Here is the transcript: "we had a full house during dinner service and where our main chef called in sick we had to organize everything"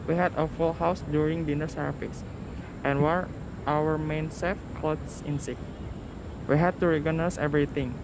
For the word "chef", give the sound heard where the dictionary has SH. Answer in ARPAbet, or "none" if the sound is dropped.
S